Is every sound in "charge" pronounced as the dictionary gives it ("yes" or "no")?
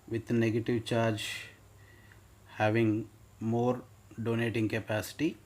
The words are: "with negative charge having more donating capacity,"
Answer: yes